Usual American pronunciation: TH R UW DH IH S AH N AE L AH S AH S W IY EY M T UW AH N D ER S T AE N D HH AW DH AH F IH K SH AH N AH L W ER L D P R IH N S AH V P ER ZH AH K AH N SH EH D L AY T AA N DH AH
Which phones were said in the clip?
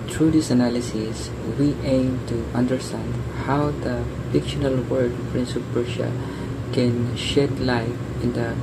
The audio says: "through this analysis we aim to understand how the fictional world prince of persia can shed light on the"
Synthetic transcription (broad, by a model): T R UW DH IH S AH N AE L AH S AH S W IY EY M T UW AH N D ER S T AE N D HH AW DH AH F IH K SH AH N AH L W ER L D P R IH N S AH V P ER SH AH K AH N SH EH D L AY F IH N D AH